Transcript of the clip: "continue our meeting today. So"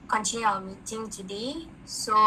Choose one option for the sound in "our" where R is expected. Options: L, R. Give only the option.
L